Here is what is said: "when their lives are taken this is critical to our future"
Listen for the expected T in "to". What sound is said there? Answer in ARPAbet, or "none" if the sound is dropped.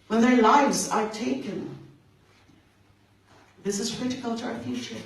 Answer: T